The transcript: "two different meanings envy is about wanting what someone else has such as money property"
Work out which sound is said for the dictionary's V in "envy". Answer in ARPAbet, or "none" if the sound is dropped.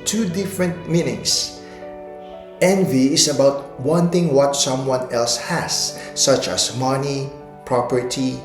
V